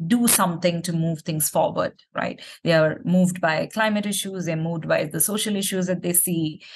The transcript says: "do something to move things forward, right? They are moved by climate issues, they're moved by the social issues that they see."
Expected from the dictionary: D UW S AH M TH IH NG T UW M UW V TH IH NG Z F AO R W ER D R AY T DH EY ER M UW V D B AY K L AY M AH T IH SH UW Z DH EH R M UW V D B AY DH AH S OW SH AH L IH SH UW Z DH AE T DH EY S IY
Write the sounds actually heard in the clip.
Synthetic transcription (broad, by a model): D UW S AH M T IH NG T UW M UW V T IH NG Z F AO R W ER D R AY T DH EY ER M UW V D B AY K L AY M AH T IH SH UW Z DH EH M UW V D B AY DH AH S OW SH AH L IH SH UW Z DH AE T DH EY S IY